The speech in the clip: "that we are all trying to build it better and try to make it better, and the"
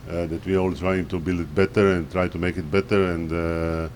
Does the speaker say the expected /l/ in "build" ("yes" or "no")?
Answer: yes